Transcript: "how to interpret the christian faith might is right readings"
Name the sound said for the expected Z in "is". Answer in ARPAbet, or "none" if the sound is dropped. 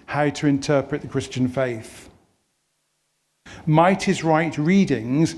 Z